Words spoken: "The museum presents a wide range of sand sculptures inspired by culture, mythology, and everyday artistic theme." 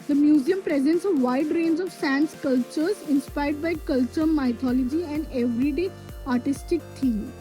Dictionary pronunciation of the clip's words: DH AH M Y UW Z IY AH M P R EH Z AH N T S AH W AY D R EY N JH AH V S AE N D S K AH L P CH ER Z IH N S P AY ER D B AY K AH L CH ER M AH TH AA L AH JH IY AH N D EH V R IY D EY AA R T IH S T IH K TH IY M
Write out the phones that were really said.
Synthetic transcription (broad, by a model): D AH M Y UW Z IY AH M P R EH Z AH N T S AH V AY D R EY N JH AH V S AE N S K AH L CH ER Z IH N S P AY ER D B AY K AH L CH ER M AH T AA L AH JH IY AH N D EH V R IY D EY AA R T IH S T IH K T IY M